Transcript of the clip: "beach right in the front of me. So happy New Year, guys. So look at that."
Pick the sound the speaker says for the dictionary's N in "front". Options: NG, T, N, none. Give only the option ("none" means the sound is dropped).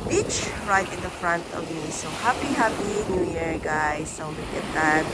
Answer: N